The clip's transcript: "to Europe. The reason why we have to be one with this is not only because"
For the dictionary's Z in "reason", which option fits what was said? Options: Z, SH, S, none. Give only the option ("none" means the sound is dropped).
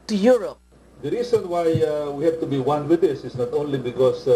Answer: S